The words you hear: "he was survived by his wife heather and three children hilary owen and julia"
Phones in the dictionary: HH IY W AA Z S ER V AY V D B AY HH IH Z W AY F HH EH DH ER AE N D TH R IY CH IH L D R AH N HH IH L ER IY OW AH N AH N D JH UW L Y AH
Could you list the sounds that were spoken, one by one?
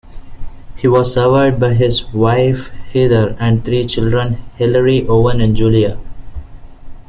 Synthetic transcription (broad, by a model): HH IY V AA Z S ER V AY D B AY HH IH Z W AY F HH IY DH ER AE N D T R IY CH IH L D R AH N HH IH L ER IY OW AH N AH N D JH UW L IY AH